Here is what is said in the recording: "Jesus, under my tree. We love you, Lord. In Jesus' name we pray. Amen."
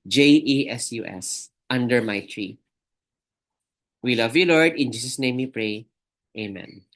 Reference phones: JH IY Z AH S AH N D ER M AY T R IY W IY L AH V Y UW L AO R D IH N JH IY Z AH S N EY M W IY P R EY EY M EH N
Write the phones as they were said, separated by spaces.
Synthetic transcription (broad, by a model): JH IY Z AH S AH N D ER M AY T R IY W IY L AH V Y UW L AO R D IH N JH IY S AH S N EY M W IY P R EY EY M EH N